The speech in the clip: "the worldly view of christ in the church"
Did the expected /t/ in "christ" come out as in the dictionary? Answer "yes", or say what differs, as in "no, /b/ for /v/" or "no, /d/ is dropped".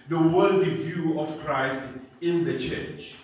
yes